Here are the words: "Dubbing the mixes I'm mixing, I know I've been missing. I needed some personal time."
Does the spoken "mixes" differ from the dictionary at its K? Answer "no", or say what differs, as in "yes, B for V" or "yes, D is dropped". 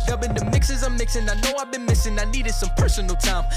no